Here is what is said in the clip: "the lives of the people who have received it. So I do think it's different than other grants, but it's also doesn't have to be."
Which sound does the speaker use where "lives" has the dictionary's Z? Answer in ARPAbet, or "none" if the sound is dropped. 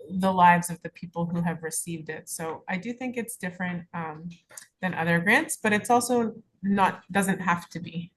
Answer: Z